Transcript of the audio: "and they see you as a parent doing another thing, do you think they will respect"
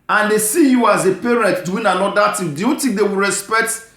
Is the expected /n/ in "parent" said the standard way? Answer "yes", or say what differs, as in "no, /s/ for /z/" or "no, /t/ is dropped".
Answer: yes